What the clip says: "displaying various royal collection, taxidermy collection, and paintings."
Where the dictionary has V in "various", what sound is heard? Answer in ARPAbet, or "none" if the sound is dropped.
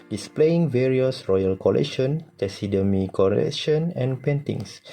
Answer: V